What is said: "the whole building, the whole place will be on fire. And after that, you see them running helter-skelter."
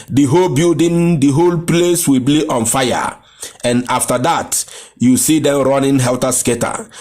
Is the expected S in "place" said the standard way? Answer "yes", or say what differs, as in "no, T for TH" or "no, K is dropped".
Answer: yes